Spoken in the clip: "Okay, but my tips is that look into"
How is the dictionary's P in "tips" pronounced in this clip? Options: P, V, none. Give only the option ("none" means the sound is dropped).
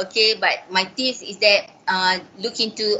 none